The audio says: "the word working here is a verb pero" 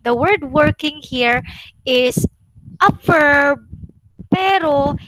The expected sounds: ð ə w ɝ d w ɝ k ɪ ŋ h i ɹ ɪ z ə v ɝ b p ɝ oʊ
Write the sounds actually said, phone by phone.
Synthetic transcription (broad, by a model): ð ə w ɝ d w ɝ k ɪ ŋ h i ɹ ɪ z ə f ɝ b p ɝ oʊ